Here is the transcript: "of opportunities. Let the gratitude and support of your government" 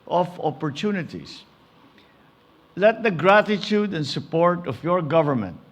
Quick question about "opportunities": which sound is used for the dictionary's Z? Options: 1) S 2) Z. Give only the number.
1